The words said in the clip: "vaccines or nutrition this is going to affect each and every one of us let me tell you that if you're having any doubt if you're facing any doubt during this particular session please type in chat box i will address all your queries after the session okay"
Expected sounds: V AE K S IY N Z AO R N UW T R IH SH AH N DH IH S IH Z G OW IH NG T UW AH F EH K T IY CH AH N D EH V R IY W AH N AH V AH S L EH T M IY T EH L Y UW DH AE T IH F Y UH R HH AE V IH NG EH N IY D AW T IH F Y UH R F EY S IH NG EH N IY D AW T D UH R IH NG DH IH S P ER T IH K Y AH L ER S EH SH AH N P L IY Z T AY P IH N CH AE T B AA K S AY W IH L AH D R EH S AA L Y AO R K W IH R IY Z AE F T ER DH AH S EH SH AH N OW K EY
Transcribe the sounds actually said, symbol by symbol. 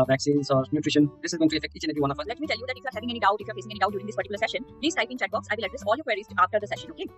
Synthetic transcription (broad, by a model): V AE K S IY N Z AO R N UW T R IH SH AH N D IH S IH Z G OW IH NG T UW AH F EH K T IY CH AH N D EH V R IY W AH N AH F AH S L EH T M IY T EH L Y UW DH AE T IH F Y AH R HH AE V IH NG EH N IY D AW T IH F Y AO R F EY S IH NG EH N IY D AW T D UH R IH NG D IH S P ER T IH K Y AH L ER S EH SH AH N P L IY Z T AY P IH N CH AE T B AA K S AY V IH L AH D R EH S AA L Y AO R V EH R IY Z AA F T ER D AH S EH SH AH N OW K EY